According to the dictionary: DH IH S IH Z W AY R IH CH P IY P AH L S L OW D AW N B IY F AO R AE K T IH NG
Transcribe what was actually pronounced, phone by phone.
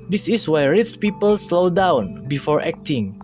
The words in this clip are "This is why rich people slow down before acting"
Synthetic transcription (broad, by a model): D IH S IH S W AY R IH S P IY P AH L S L OW D AW N B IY F AO R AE K T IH NG